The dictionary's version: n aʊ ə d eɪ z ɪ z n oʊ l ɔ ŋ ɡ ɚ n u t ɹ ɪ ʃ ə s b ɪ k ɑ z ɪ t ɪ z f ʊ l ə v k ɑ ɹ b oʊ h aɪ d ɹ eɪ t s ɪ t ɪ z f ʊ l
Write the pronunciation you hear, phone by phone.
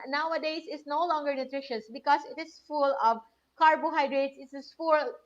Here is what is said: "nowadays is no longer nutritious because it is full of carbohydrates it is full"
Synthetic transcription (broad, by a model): n aʊ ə d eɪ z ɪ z n oʊ l ɔ ŋ ɡ ɚ n u t ɹ ɪ ʃ ə s b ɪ k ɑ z ɪ t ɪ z f ʊ l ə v k ɑ ɹ b oʊ h aɪ d ɹ eɪ t s ɪ t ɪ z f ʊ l